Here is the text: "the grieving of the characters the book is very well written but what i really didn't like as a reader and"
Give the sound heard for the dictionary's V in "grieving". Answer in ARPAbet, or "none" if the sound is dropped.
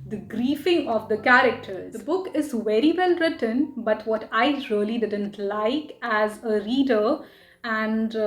F